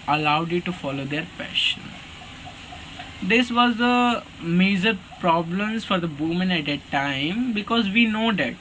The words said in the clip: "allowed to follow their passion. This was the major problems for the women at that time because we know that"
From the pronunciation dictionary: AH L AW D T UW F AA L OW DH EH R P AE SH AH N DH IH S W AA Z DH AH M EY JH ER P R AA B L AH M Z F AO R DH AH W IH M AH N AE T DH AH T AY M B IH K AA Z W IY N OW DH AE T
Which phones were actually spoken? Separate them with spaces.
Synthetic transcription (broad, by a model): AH L AW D T UW F AA L OW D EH R P AE SH AH N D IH S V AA Z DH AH M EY Z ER P R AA B L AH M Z F AO R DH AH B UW M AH N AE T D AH T AY M B IH K AA Z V IY N OW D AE T